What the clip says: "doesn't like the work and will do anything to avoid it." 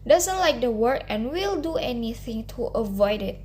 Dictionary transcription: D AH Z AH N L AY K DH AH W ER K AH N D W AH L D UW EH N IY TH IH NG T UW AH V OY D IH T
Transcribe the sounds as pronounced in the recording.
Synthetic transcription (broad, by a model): D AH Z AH N L AY K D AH W ER K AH N W AH L D UW EH N IY TH IH NG T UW AH V OY D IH T